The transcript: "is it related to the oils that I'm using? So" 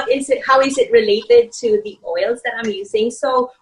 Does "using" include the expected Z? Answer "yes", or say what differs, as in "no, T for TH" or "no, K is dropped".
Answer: yes